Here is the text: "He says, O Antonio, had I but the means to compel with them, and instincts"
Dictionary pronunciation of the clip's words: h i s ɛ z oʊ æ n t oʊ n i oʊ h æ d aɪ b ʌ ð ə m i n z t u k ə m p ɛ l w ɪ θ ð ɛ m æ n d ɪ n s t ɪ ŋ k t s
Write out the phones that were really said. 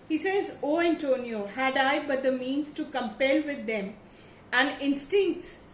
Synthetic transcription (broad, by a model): h i s ɛ z oʊ æ n t oʊ n i oʊ h æ d aɪ b ʌ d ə m i n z t u k ə m p ɛ l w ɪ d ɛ m æ n d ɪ n s t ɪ ŋ k t s